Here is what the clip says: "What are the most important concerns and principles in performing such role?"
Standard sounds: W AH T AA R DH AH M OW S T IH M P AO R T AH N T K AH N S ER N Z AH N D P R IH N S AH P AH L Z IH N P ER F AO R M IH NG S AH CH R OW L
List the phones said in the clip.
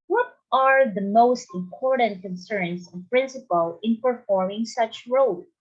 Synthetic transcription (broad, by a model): W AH T AA R DH AH M OW S T IH M P AO R T AH N T K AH N S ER N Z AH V P R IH N S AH P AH L IH N P ER F AO R M IH NG S AH CH R OW L